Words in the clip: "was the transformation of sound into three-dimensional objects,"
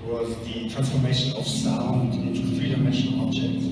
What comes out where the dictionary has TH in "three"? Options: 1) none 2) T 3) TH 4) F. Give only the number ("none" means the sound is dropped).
4